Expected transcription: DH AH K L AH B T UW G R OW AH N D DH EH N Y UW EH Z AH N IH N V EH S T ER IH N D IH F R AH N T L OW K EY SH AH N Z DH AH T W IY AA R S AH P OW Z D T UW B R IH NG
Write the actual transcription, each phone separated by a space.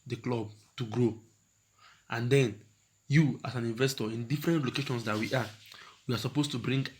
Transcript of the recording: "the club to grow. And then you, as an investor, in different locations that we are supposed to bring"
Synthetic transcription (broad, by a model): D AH K L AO B T UW G R OW AH N D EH N Y UW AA S AH N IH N V EH S T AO IH N D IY F R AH N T L OW K EY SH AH N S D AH T W IY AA W S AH P OW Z T UW B R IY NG